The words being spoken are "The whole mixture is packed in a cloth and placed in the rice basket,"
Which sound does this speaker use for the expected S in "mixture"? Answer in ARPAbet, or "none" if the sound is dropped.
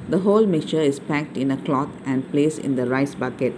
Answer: none